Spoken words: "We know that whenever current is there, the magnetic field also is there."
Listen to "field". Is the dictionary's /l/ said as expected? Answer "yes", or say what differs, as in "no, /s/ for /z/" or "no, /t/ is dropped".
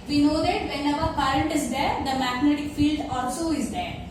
yes